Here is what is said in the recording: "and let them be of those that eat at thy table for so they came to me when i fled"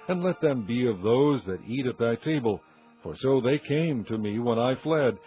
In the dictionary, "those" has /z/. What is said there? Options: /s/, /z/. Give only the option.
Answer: /z/